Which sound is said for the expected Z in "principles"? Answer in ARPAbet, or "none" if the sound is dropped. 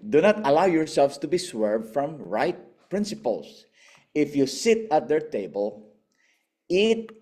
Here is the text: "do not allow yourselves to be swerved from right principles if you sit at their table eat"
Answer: S